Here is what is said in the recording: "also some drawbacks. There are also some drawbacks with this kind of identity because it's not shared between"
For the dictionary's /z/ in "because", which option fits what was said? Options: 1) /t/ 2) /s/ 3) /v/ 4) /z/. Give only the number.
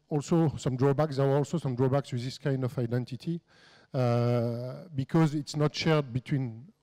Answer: 4